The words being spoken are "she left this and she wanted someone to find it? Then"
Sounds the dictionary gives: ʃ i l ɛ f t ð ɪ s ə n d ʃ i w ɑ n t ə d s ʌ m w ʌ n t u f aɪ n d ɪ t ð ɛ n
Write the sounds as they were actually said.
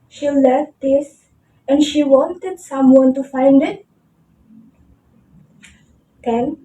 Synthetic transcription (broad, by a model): ʃ i l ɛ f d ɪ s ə n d ʃ i w ɑ n t ə d s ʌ m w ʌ n t u f aɪ n d ɪ t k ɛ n